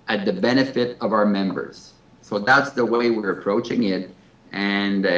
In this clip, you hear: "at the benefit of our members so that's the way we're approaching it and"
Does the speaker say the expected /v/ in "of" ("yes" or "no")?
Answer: yes